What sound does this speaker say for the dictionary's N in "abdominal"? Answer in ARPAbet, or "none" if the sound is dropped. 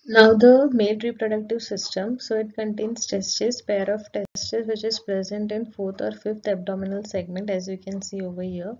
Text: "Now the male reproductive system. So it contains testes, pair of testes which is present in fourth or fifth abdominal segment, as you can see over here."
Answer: N